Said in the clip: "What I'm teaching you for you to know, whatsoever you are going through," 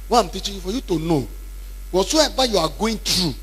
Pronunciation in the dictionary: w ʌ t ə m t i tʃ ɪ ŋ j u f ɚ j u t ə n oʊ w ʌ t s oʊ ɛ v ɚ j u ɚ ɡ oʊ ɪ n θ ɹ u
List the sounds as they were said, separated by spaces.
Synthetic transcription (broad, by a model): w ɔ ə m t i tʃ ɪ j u f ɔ j u t ə n oʊ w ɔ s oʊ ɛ b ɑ j u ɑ ɡ oʊ ɪ n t ɹ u